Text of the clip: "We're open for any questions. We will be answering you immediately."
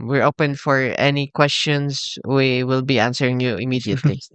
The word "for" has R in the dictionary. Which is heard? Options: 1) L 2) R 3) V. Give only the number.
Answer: 2